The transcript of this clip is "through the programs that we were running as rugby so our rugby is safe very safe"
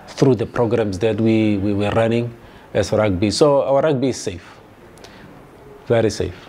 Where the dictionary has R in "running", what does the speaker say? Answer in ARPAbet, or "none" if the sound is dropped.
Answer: W